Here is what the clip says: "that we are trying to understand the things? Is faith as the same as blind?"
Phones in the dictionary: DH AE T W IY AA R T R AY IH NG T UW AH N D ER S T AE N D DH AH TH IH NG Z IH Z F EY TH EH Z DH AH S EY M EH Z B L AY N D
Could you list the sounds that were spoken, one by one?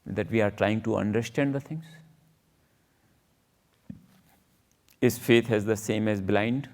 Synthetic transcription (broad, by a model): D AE T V IY AA R T R AY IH NG T UW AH N D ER S T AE N D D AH T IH NG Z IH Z F EY T EH Z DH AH S EY M EH Z B L AY N D